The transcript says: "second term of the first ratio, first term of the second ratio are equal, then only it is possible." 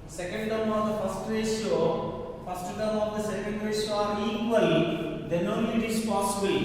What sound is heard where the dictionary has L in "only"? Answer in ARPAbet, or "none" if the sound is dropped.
none